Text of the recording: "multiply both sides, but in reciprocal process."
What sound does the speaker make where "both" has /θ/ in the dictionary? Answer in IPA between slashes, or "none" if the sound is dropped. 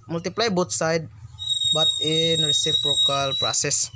/t/